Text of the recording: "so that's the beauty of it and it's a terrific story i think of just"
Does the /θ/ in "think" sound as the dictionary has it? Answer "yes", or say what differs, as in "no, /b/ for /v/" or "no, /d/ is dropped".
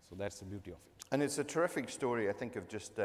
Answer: yes